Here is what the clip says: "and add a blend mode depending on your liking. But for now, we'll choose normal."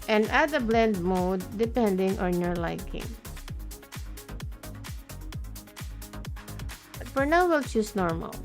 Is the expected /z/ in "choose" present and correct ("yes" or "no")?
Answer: no